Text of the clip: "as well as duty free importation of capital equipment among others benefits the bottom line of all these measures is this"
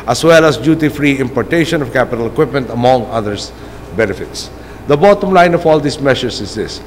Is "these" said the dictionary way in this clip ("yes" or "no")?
no